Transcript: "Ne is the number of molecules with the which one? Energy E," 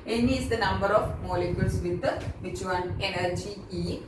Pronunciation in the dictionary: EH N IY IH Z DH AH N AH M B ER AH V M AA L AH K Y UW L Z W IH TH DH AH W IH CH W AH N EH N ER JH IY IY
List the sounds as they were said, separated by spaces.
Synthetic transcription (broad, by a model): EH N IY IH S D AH N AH M B ER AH F M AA L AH K Y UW L S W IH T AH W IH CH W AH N EH N ER JH IY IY